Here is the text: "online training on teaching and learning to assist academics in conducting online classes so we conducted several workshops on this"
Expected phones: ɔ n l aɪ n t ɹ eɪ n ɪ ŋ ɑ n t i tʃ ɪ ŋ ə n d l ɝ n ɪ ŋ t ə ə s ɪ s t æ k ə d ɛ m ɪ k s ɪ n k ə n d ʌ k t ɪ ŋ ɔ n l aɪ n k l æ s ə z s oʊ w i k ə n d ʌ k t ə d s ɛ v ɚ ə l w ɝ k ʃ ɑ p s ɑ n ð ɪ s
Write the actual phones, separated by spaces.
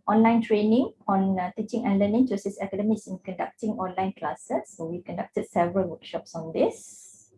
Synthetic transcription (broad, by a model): ɔ n l aɪ n t ɹ eɪ n ɪ ŋ ɑ n t i tʃ ɪ ŋ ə n l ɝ n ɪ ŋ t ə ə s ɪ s ɛ k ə d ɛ m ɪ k s ɪ n k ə n d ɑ k t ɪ ŋ ɔ n l aɪ n k l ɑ s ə s oʊ w i k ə n d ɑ k t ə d s ɛ v ɚ ə l w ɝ k ʃ ɑ p s ɑ n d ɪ s